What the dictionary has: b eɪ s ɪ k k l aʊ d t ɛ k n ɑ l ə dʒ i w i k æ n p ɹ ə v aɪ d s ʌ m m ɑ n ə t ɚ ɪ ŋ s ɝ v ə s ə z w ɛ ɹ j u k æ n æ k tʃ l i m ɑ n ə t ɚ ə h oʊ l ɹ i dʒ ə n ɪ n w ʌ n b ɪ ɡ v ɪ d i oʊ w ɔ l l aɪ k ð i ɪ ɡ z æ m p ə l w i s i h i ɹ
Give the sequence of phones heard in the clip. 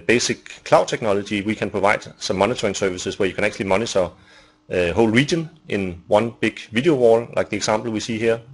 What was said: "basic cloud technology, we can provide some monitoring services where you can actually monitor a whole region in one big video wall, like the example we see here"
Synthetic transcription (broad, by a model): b eɪ s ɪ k k l aʊ d s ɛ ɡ n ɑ l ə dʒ i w i k æ n p ɹ ə v aɪ d s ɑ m m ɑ n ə s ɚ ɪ ŋ s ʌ v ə s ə s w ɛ j u k æ n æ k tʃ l i m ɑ n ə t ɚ ə h oʊ l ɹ i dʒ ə n ɪ n w ʌ n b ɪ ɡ v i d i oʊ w ɔ l l aɪ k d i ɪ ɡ s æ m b l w i s i h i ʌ